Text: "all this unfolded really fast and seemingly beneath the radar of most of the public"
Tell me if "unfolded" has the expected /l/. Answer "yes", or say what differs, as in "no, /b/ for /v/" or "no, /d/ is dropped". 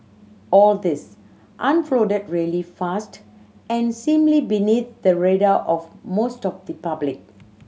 no, /l/ is dropped